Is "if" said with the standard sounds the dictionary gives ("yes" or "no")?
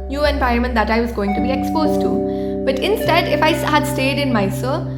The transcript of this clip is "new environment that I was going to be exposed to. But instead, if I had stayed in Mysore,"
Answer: yes